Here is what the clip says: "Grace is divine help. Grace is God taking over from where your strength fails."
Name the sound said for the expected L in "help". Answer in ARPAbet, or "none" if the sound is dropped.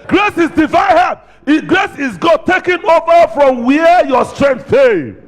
none